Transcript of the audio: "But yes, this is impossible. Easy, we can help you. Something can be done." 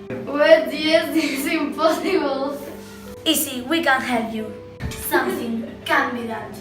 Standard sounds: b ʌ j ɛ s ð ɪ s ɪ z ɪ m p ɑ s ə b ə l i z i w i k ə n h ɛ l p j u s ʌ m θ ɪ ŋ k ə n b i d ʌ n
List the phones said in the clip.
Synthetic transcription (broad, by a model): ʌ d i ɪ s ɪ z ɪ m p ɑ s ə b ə l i s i w i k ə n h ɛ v j u s ʌ m θ ɪ ŋ k ə n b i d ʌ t